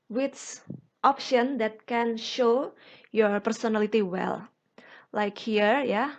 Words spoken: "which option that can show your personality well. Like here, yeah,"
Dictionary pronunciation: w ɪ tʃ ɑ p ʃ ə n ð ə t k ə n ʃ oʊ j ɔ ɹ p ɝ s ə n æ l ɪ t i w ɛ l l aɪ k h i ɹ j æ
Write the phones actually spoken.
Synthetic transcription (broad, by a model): w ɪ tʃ ɑ p ʃ ə n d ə t k ə n ʃ oʊ j ɔ ɹ p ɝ s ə n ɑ l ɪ t i w ɛ l l aɪ k h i ɹ j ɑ